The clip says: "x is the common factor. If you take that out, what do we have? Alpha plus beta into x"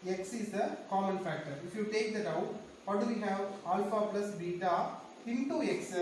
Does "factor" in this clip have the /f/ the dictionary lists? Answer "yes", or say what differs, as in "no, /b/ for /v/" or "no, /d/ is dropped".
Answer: yes